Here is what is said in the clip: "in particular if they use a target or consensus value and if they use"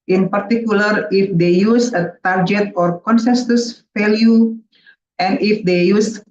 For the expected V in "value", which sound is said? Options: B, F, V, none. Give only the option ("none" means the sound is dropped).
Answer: F